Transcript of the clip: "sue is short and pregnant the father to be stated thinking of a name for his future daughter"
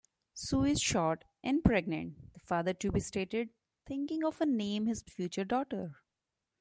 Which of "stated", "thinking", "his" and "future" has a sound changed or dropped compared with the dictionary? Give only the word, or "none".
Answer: thinking